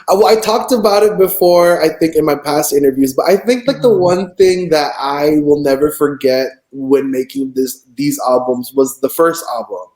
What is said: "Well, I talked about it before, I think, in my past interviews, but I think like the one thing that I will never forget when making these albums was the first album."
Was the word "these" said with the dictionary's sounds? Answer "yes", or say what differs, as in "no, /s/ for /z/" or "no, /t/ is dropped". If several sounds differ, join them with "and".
yes